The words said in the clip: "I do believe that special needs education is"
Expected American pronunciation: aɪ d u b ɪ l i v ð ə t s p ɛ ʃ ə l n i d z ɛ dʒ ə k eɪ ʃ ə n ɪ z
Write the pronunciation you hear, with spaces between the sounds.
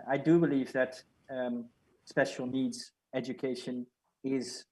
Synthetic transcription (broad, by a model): aɪ d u b ɪ l i v ð ə t s p ɛ ʃ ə l n i d z ɛ dʒ ə k eɪ ʃ ə n ɪ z